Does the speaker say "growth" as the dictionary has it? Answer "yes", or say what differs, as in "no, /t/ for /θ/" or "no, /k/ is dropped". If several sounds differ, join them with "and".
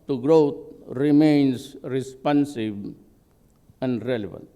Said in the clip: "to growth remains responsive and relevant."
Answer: no, /t/ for /θ/